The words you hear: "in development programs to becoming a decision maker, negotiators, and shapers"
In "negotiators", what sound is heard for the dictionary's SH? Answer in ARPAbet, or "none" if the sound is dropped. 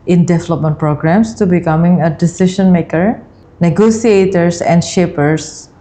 S